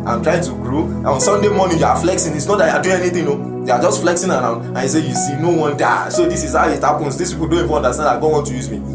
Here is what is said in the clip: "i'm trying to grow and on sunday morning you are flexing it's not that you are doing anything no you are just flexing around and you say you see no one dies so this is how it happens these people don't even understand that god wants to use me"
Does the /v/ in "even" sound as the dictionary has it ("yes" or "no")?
no